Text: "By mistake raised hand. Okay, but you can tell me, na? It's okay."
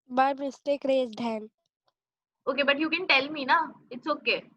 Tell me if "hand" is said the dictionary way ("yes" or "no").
no